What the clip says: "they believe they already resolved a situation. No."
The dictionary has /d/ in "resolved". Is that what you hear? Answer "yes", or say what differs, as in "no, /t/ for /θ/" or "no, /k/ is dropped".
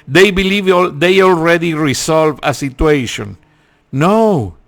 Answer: no, /d/ is dropped